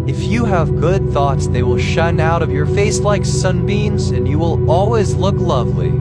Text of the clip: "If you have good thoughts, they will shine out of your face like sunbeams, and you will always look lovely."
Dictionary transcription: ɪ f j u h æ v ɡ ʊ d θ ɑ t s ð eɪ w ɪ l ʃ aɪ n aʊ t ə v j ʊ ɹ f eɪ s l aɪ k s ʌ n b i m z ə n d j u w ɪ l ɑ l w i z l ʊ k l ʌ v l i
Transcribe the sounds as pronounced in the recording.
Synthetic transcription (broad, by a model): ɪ f j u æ v ɡ ʊ d θ ɑ t s ð eɪ w ɪ l ʃ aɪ n aʊ t ə v j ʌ ɹ f eɪ s l aɪ k s ʌ n b i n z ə n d j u w ɪ l ɑ l w i z l ʊ k l ʌ v l i